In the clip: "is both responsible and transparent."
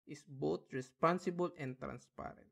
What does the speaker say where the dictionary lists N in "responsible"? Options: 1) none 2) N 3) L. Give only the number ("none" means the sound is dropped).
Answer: 2